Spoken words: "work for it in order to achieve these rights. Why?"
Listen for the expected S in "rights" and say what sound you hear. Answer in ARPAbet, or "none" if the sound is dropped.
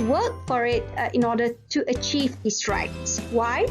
S